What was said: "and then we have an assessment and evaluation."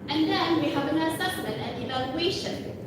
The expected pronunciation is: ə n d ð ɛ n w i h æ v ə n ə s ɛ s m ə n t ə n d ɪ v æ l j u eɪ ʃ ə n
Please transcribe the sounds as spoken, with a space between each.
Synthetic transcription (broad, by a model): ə n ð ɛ n w i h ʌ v ə n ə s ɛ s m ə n ə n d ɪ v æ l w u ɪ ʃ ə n